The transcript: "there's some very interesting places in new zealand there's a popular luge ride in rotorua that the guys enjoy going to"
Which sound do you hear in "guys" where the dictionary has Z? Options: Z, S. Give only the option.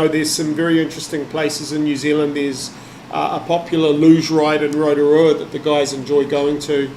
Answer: Z